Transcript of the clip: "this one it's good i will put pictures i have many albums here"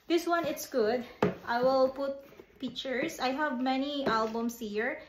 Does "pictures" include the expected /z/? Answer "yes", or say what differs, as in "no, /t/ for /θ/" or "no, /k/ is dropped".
no, /s/ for /z/